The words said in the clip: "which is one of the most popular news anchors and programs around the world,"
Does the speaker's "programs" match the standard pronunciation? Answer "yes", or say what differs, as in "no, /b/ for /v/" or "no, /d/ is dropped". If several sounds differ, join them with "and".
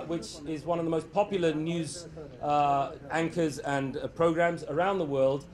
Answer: yes